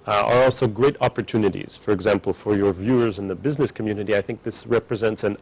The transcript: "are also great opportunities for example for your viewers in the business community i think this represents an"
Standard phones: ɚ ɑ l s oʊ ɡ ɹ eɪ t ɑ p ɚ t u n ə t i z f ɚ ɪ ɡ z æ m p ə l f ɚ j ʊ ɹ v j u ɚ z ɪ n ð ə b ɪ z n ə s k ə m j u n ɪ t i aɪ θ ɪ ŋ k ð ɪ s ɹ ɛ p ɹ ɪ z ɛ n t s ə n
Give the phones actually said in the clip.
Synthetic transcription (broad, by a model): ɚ ɑ l s oʊ ɡ ɹ eɪ t ɑ p ɚ t u n ə t i z f ɚ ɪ ɡ z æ m p l f ɚ j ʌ ɹ v j u ɚ z ɪ n ð ə b ɪ z n ə s k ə m j u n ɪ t i aɪ θ ɪ ŋ k ð ɪ s ɹ ɛ p ɹ ɪ z ɛ n t s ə n